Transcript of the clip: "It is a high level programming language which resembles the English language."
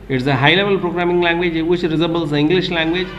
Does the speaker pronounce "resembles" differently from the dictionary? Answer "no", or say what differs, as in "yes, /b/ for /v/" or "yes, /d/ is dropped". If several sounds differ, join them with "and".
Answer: yes, /m/ is dropped